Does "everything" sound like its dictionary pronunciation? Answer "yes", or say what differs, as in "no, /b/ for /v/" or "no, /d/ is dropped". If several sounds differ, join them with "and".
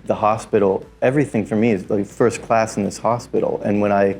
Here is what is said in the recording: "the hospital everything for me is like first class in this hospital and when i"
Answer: yes